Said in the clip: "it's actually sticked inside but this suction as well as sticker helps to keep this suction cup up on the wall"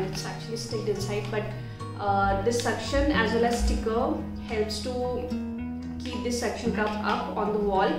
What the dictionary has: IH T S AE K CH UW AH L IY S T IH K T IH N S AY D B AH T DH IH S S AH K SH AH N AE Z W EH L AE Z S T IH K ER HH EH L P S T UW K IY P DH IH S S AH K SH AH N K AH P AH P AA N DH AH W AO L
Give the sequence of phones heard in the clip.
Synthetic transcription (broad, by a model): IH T S AE K CH UW AH L IY S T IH T IH N S AY D B AH T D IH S S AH K SH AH N AE Z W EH L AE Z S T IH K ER HH EH L P S T UW K IY P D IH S S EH K SH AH N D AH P AH P AA N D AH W AO L